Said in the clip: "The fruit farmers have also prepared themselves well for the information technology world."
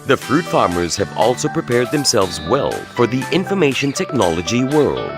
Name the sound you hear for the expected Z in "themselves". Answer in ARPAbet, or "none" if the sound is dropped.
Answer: Z